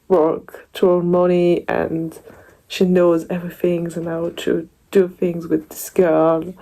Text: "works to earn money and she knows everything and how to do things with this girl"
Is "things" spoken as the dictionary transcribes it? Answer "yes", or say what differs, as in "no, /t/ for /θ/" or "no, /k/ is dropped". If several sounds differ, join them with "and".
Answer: yes